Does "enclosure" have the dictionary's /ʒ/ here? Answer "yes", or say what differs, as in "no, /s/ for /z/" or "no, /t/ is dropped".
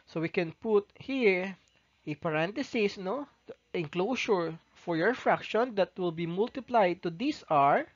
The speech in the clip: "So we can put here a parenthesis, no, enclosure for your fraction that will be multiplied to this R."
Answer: no, /ʃ/ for /ʒ/